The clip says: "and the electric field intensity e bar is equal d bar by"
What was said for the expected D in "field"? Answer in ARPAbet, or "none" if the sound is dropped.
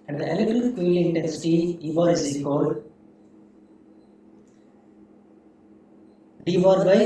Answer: none